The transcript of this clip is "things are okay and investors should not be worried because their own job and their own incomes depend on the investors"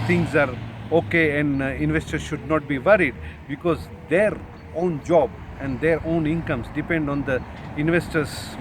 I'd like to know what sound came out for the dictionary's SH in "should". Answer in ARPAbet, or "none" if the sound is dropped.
SH